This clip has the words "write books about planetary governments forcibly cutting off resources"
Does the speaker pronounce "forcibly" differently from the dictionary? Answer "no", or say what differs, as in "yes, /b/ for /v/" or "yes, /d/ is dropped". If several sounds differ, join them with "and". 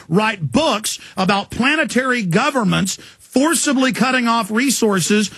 no